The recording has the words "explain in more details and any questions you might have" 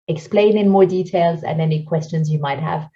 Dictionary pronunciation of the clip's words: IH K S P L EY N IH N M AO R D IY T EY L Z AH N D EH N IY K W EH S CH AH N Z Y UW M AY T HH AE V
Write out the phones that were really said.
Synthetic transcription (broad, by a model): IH K S P L EY N IH N M AO R D IY T EY L Z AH N EH N IY K W EH S CH AH N Z Y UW M AY T HH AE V